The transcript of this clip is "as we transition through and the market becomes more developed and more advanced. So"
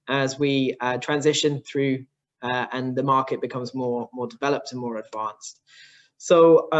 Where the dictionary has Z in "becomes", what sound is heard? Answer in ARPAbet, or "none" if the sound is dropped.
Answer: Z